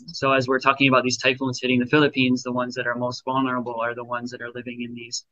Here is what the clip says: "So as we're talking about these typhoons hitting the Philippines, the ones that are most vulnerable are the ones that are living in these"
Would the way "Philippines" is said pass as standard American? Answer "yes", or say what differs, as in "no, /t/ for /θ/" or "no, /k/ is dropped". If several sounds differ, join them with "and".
yes